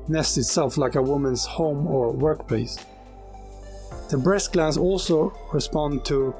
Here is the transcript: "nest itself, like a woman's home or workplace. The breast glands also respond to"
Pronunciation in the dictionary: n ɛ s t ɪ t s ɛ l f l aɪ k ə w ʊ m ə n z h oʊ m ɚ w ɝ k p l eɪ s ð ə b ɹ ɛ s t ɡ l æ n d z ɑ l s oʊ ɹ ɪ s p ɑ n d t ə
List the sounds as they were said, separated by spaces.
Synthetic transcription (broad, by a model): n ɛ s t ɪ t s ɛ l f l aɪ k ə w ʊ m ə n z h oʊ m ɚ w ɝ k p l eɪ s ð ə b ɹ ɛ s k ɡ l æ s ɑ l s oʊ ɹ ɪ s p ɑ n t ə